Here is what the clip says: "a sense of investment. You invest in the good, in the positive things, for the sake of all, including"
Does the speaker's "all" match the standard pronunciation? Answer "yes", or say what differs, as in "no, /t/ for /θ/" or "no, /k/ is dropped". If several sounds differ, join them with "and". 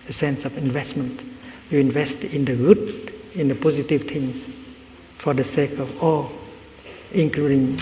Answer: yes